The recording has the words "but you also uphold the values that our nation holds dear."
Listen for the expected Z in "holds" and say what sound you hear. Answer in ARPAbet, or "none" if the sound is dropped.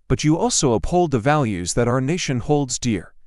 Z